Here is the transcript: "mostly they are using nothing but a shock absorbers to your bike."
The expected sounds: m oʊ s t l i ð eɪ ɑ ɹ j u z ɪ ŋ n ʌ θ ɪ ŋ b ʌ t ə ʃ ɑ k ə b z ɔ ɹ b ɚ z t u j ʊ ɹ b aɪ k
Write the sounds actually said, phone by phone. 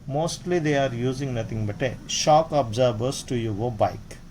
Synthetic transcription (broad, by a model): m oʊ s t l i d eɪ ɑ ɹ j u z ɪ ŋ n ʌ t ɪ ŋ b ʌ t ə ʃ ɑ k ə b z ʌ ɹ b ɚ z t u j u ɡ b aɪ k